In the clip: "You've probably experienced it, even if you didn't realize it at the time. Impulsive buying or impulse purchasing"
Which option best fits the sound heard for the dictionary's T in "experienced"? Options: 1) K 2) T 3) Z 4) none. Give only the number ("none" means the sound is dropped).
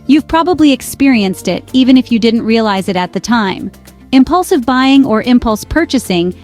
2